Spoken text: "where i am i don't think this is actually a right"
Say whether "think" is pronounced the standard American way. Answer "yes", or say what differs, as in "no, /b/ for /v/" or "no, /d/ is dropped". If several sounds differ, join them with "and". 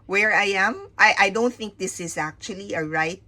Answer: yes